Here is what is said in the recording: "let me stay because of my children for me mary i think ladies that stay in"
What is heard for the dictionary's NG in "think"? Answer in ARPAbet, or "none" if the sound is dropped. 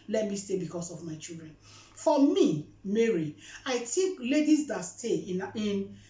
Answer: none